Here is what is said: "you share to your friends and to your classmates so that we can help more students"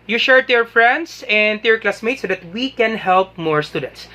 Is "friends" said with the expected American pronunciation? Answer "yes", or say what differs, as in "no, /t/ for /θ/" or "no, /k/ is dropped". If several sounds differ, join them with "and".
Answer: no, /s/ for /z/